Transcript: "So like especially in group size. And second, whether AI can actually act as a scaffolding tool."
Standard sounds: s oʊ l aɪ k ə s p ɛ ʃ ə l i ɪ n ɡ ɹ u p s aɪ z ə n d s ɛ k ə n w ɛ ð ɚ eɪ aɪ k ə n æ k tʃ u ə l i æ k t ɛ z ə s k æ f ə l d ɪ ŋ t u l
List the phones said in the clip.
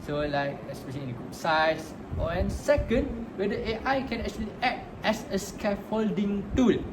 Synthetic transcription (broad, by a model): s oʊ l aɪ k ə s p ɛ ʃ ə l i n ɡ u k s aɪ s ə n s ɛ k ə n w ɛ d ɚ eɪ aɪ k ə n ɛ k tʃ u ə l i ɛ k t ɛ s ə s k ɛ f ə l d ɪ ŋ t u l